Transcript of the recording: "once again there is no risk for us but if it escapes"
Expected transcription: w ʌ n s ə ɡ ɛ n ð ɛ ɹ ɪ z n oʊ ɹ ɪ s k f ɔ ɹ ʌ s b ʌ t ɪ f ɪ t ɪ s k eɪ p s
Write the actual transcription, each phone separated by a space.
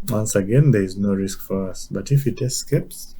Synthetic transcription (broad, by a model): w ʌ n s ə ɡ ɛ n ð ɛ ɹ ɪ z n oʊ ɹ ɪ s k f ɔ ɹ ʌ s b ʌ t ɪ f ɪ t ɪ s k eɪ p s